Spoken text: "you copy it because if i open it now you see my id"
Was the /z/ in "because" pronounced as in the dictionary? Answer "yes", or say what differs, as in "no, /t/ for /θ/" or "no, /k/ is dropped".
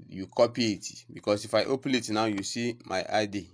no, /s/ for /z/